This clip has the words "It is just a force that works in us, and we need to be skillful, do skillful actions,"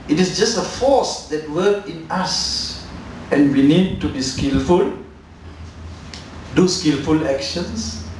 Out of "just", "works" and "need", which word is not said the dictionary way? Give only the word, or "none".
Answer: works